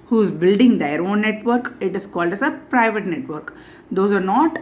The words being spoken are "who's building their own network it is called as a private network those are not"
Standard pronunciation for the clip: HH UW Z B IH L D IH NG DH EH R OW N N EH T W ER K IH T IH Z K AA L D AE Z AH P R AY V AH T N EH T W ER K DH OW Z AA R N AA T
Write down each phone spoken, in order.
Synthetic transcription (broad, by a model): HH UW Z B IH L D IH NG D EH R OW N N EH T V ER K IH T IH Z K AA L D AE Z AH P R AY V AH T N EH T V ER K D OW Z AA R N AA T